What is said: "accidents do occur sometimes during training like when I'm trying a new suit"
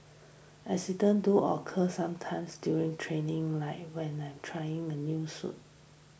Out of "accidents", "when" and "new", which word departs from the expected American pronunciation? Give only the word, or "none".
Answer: accidents